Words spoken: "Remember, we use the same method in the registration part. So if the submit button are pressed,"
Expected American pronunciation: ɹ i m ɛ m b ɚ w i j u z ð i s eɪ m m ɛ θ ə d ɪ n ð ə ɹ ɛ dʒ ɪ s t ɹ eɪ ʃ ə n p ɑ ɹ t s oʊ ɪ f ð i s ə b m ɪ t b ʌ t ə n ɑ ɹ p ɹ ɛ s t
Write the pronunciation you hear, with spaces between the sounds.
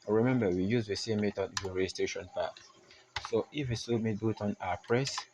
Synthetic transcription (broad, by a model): ɹ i m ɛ m b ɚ w i j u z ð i s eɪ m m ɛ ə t ɪ n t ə ɹ ɛ dʒ ɪ s t ɹ eɪ ʃ ə n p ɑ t s oʊ ɪ f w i s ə m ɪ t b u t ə n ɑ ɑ p ɹ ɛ s